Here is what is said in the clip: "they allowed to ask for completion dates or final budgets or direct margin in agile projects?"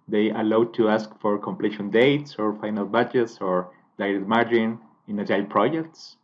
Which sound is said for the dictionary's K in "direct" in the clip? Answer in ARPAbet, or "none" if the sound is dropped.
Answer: none